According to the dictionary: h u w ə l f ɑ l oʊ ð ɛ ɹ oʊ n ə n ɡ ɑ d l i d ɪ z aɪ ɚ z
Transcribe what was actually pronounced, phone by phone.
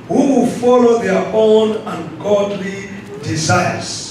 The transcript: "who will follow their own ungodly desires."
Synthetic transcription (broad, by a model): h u w ə l f ɑ l oʊ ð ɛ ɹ oʊ n ə n ɡ ɑ d l i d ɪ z aɪ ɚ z